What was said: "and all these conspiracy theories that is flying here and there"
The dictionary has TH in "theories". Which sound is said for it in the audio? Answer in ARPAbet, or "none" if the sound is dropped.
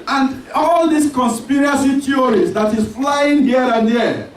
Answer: T